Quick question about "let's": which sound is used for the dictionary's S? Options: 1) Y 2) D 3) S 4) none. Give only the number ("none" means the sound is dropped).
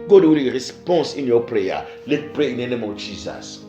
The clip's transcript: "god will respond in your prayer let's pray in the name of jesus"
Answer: 4